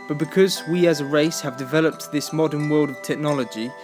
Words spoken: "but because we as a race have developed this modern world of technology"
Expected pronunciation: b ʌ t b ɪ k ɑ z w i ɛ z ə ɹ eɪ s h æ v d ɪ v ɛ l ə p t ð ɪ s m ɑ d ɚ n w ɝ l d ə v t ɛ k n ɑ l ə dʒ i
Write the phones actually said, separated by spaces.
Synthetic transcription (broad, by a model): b ʌ t b ɪ k ɑ z w i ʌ z ə ɹ eɪ s h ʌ v d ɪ v ɛ l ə p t ð ɪ s m ɑ d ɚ n w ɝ l d ə v t ɛ k n ɑ l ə dʒ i